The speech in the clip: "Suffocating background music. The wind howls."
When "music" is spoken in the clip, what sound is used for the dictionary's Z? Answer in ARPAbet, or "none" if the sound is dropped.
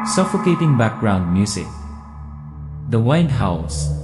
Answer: S